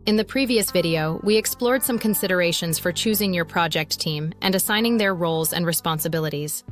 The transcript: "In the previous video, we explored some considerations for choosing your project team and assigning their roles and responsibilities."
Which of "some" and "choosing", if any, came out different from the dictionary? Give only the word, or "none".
none